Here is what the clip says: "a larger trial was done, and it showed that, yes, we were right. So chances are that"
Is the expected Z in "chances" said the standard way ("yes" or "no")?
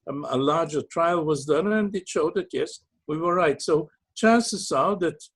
no